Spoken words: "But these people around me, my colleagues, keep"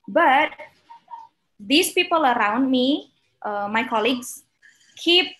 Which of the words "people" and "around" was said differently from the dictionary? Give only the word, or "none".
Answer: none